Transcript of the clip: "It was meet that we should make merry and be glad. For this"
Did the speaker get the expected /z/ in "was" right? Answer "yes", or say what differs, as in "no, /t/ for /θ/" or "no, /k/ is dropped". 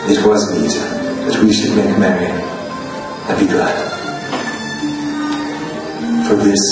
yes